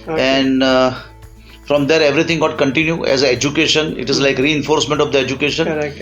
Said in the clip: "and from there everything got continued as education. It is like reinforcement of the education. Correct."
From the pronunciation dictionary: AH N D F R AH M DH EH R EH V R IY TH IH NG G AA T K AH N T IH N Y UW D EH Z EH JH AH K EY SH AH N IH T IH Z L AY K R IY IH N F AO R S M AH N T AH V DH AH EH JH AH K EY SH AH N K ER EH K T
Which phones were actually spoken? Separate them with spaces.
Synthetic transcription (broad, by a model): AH N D F R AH M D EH R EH V R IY T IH NG G AA T K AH N T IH N Y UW EH Z EH JH AH K EY SH AH N IH T IH Z L AY K R IY IH N F AO R S M AH N T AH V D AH EH JH AH K EY SH AH N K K